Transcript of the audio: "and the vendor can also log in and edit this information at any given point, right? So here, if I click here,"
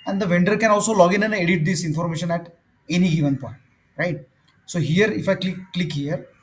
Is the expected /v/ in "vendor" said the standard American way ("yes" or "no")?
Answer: yes